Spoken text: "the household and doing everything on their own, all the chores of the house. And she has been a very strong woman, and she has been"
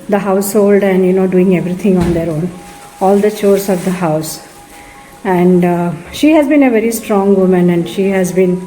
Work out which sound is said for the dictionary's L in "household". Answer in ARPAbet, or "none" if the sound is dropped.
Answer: L